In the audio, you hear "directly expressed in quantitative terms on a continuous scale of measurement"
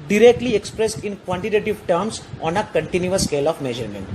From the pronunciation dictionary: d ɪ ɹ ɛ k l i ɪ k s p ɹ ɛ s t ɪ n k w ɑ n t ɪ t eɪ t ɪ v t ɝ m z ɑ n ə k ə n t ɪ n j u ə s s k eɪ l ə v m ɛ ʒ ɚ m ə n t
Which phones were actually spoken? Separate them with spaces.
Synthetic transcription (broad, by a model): d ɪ ɹ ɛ k l i ɪ k s p ɹ ɛ s t ɪ n k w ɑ n t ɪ t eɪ t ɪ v t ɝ m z ɑ n ə k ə n t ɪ n j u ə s s k eɪ l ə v m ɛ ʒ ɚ m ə n t